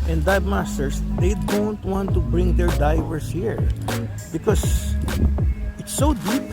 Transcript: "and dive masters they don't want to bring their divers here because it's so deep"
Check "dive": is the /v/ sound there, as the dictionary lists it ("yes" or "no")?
no